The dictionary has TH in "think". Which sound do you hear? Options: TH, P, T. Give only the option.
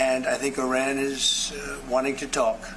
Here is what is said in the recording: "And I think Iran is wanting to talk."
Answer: TH